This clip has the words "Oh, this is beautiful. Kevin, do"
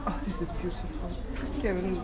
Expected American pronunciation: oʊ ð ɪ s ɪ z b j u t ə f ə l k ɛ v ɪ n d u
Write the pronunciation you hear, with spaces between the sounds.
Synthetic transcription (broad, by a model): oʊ ð ɪ s ɪ z b j u t ə f ə l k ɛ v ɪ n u